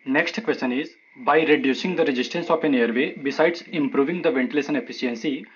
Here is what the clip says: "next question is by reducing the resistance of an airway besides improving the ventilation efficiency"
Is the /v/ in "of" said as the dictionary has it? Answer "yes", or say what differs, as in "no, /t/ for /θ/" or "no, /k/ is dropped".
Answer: no, /p/ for /v/